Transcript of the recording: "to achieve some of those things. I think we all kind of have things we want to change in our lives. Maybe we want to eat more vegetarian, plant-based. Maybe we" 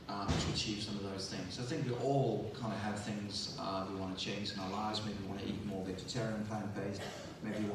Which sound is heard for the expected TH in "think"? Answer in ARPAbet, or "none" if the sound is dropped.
TH